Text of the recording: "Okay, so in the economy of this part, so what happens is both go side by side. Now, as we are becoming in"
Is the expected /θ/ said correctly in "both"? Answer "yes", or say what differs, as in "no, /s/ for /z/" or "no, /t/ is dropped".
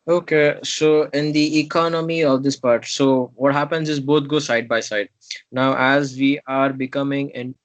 no, /t/ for /θ/